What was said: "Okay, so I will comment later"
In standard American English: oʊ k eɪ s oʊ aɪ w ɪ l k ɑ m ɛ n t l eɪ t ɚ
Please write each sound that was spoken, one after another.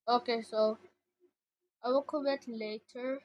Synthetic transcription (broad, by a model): oʊ k eɪ s oʊ aɪ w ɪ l k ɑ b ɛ t l eɪ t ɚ